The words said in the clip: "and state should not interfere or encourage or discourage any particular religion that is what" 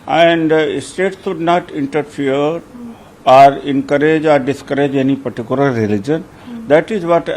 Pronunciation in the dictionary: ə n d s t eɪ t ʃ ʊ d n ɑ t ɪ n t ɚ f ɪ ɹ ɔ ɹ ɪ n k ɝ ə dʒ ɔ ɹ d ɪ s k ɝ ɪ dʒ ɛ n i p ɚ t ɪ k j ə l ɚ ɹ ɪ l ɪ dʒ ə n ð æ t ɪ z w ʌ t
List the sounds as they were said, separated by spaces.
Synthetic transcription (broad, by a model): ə n d s t eɪ t s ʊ d n ɑ t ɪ n t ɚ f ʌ ɹ ɔ ɹ ɪ n k ɝ ə dʒ ɔ ɹ d ɪ s k ɝ ɪ dʒ ɛ n i p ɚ t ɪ k j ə l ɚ ɹ ɪ l ɪ dʒ ə n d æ t ɪ z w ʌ t